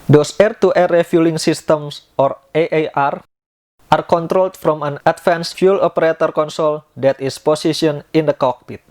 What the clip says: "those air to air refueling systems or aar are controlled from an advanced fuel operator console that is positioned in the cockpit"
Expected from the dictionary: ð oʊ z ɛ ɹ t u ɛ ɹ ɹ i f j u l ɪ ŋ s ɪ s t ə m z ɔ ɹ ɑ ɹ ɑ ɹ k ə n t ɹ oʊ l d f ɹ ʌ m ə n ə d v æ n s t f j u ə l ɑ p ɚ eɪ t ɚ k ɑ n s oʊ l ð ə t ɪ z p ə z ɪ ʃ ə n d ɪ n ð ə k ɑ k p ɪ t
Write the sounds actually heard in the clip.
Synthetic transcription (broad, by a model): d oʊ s ɛ ɹ t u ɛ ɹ ɹ i f j u l ɪ ŋ s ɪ s t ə m s ɔ ɹ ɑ ɹ ɑ ɹ k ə n t ɹ oʊ l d f ɹ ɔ m ə n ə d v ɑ n s f j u l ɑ p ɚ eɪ t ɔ k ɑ n s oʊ l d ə t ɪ s p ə s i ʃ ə n ɪ n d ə k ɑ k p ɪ t